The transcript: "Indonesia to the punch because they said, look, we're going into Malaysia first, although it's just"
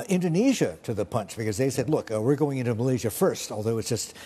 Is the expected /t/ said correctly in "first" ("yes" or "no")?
yes